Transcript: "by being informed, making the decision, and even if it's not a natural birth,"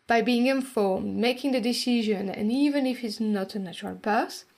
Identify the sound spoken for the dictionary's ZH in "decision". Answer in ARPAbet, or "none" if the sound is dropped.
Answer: ZH